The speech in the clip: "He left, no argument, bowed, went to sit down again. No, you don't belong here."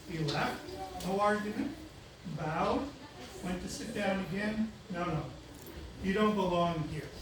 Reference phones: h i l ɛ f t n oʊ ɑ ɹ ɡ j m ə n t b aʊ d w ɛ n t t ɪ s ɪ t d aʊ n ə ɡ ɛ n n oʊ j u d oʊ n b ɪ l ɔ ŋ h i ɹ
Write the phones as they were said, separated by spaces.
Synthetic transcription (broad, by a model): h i l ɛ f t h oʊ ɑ ɹ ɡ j ə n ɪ b aʊ d w ɛ n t t ɪ s ɪ t d aʊ n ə ɡ ɛ n n oʊ j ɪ d oʊ n b ɪ l ɔ ŋ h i ɹ